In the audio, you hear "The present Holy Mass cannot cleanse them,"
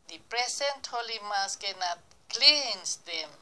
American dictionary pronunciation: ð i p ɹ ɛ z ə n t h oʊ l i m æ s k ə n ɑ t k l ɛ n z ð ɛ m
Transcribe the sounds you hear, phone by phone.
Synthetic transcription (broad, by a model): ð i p ɹ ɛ s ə n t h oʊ l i m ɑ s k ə n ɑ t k l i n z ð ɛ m